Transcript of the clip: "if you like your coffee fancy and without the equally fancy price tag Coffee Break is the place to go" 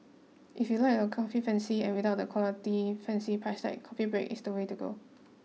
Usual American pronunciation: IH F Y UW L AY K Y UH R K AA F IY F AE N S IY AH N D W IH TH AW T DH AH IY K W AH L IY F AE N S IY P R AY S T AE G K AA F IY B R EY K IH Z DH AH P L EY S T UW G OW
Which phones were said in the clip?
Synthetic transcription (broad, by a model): IH F Y UW L AY K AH K AA F IY F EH N S IY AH N W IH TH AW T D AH K W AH L IY F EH N S IY P R AY S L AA K AA F IY B R EY K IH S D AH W EY T UW G OW